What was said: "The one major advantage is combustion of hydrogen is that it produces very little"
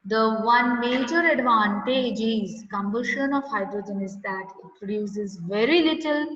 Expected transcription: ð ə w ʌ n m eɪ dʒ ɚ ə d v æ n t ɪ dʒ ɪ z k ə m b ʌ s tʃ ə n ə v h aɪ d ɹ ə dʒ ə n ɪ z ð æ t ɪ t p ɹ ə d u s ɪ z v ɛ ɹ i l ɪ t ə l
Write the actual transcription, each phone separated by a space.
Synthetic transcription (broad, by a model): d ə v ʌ n m eɪ dʒ ɚ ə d v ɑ n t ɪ dʒ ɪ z k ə m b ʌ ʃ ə n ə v h aɪ d ɹ ə dʒ ə n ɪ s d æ t ɪ t p ɹ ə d u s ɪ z v ɛ ɹ i l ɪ t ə l